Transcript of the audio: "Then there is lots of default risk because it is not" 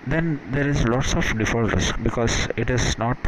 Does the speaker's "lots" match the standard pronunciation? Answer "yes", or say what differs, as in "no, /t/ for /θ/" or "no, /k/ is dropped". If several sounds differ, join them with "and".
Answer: yes